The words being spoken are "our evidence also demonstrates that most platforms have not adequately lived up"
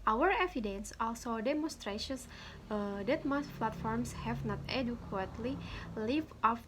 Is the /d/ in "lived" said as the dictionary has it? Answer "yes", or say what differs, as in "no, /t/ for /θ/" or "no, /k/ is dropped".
no, /d/ is dropped